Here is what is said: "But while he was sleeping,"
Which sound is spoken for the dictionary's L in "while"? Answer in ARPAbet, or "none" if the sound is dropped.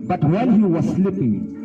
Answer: N